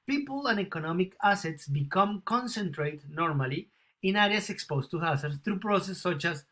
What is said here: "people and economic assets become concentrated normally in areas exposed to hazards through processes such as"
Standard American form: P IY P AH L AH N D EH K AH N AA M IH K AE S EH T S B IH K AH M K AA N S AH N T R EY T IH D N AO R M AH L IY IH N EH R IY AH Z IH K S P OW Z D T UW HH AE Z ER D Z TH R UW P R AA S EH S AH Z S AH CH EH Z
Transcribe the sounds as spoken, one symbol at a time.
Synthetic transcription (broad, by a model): P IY P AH L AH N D EH K AH N AA M IH K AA S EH T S B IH K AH M K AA N S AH N T R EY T N AO R M AH L IY IH N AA R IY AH S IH K S P OW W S T UW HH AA S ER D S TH R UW P R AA S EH S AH CH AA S